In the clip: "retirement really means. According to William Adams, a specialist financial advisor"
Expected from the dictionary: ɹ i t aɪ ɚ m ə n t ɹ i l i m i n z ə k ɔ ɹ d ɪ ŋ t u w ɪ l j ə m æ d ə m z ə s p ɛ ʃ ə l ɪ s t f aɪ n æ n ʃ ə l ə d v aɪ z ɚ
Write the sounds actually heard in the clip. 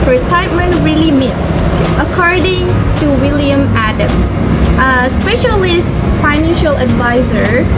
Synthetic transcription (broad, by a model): ɹ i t aɪ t m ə n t ɹ i l i m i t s ə k ɔ ɹ d ɪ ŋ t u w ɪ l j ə m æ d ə m s ə s p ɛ ʃ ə l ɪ s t f aɪ n æ n ʃ ə l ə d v aɪ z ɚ